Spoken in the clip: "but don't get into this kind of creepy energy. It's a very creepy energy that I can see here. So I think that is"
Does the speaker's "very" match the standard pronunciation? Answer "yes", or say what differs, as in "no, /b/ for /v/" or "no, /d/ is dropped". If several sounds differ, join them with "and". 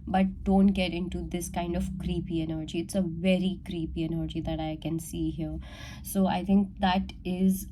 yes